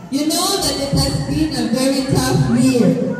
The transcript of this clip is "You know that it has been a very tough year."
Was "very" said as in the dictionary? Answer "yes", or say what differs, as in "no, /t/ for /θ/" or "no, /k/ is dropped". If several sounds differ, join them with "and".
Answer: yes